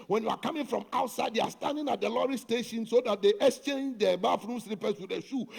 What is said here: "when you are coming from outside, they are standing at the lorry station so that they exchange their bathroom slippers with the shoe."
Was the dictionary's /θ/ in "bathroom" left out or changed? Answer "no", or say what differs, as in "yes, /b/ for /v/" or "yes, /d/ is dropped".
yes, /f/ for /θ/